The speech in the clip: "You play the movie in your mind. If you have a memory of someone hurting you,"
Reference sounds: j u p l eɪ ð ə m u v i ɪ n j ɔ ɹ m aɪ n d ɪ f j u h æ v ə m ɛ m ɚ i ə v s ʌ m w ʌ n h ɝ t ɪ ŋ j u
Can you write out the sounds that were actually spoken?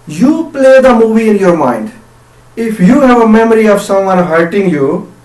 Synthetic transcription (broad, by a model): j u p l eɪ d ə m u v i ɪ n j ɔ ɹ m aɪ n d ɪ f j u h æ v ə m ɛ m ɚ i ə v s ʌ m w ʌ n h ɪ t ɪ ŋ j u